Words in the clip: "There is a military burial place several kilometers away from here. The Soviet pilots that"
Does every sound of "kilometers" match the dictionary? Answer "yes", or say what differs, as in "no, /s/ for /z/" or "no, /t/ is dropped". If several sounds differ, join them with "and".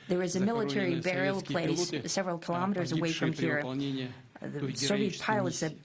yes